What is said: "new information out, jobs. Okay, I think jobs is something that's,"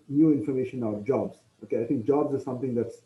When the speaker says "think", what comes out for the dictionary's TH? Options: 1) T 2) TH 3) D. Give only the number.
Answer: 1